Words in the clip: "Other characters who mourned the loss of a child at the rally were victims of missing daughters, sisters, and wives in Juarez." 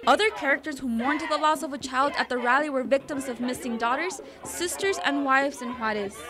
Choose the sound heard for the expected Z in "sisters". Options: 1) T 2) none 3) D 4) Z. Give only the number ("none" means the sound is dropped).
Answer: 4